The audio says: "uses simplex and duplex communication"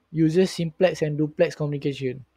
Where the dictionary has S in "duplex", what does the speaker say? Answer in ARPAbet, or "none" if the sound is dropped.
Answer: S